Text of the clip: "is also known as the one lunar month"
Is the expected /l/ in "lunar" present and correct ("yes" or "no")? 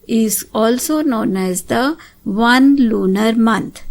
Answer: yes